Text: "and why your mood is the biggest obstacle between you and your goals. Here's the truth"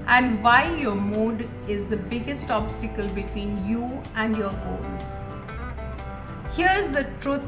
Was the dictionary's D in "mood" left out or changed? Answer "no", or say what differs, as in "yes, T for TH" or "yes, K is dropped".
no